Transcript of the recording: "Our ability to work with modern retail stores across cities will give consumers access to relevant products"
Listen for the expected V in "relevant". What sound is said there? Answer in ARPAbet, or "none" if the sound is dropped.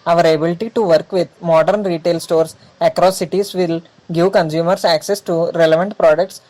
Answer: V